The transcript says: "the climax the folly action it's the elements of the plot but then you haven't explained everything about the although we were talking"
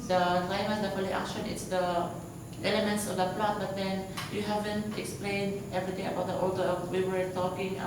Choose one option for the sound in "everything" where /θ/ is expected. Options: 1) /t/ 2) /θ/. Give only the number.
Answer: 1